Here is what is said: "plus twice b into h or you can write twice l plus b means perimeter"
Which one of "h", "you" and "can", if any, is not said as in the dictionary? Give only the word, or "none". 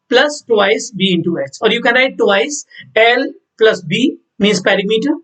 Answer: h